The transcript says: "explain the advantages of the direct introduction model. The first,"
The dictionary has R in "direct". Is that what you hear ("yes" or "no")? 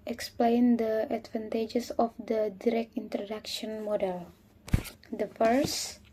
yes